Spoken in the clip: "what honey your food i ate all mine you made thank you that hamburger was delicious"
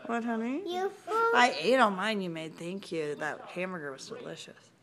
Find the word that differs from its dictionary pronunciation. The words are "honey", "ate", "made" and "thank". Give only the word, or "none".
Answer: none